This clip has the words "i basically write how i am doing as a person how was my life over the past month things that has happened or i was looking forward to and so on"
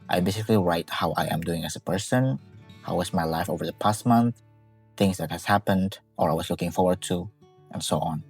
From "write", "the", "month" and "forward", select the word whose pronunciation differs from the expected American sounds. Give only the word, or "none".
none